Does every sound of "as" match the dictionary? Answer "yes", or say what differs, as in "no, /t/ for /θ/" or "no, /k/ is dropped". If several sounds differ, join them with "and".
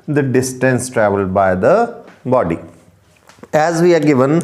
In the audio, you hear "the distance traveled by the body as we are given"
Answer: yes